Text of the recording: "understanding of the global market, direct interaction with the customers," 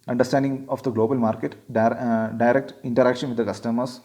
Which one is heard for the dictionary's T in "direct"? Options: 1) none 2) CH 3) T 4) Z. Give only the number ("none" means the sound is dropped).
3